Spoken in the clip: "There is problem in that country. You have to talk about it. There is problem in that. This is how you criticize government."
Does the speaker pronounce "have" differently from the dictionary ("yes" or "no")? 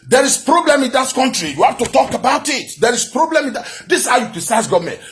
yes